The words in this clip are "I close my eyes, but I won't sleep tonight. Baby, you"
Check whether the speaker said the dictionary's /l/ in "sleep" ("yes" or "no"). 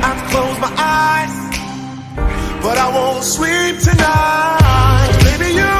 no